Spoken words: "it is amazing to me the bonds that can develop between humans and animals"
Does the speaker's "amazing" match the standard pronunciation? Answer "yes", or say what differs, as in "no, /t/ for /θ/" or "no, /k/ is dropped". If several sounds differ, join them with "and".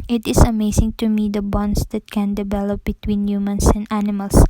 no, /s/ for /z/